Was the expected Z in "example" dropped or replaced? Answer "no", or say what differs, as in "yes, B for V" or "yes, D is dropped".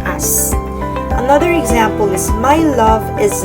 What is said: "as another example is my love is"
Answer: no